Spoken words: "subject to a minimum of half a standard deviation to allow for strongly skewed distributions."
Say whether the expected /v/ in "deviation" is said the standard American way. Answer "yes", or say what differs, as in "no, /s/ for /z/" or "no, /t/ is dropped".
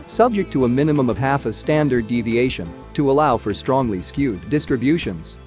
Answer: yes